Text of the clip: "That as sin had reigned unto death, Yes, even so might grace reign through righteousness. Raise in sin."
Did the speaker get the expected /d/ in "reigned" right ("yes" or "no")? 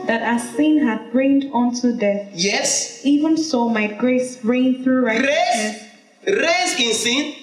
yes